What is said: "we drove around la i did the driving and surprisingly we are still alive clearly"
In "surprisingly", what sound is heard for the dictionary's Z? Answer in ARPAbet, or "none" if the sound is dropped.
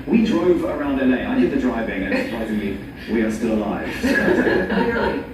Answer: Z